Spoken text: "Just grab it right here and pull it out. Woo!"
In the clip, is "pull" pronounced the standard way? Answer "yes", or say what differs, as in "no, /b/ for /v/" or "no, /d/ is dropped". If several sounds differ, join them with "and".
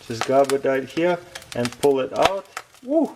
yes